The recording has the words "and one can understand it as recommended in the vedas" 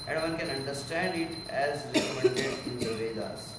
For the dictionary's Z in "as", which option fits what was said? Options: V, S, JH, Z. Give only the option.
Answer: Z